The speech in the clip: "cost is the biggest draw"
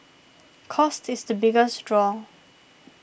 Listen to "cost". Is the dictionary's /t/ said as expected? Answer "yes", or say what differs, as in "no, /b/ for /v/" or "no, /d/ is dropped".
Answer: yes